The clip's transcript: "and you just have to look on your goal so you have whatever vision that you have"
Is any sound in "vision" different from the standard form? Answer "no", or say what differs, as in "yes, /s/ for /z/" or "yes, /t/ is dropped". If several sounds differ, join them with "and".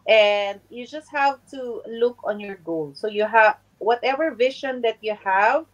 yes, /ʃ/ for /ʒ/